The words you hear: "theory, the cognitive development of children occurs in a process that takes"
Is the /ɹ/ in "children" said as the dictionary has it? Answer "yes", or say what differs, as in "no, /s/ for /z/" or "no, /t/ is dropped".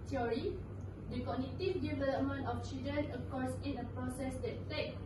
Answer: no, /ɹ/ is dropped